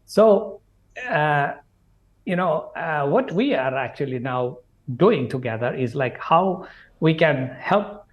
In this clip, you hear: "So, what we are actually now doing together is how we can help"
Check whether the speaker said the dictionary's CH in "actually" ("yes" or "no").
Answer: yes